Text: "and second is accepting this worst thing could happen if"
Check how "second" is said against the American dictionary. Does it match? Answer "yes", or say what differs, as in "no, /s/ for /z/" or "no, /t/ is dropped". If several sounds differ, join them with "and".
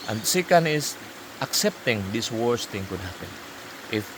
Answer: yes